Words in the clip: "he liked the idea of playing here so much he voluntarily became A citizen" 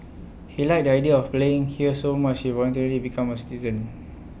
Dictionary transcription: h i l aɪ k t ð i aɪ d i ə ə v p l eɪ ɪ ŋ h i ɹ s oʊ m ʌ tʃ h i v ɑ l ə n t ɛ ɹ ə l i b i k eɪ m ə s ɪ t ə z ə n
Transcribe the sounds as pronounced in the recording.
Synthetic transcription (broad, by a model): h i l aɪ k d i aɪ d i ə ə f p l eɪ ɪ ŋ h i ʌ s oʊ m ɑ tʃ h i v ɑ l ə n t ɛ ɹ ə l i b i k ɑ m ə s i t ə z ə n